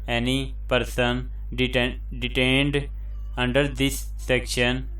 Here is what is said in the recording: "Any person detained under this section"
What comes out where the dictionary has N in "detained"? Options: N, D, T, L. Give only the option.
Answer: N